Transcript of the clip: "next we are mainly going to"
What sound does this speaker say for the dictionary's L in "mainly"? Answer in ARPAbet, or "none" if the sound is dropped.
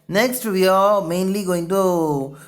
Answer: L